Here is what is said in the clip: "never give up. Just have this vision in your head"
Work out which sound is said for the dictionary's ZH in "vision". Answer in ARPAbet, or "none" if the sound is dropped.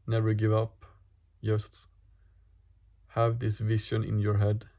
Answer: SH